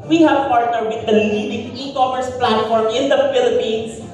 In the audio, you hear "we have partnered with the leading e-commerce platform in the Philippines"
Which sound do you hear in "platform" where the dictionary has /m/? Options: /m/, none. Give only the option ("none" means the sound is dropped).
/m/